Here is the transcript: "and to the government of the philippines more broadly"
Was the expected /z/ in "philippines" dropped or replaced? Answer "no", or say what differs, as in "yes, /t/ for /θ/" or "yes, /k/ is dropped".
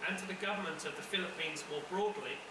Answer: no